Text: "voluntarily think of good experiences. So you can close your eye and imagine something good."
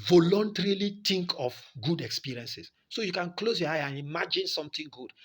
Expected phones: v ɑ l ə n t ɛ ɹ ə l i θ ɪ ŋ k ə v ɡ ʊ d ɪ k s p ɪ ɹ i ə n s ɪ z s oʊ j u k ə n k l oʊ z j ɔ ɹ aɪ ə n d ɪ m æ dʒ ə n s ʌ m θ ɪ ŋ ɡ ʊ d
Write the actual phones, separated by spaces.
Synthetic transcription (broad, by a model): v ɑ l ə n t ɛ ɹ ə l i t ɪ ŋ k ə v ɡ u d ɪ k s p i ɹ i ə n s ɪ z s oʊ j u k ə n k l oʊ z j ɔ aɪ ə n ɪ m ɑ dʒ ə n s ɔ m t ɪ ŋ ɡ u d